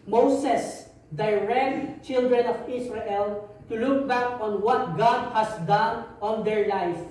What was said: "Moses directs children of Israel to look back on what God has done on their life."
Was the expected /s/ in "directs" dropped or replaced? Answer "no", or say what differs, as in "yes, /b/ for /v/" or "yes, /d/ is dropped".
yes, /s/ is dropped